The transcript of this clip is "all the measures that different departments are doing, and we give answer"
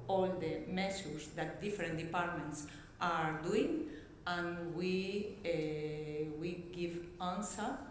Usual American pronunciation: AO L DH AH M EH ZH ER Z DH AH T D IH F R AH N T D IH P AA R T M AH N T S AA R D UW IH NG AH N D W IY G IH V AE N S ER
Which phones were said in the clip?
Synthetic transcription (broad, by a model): AO L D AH M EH S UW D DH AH T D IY F R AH N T D IH P AA R T M AH N T S AA R D UW IH NG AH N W W IY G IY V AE N S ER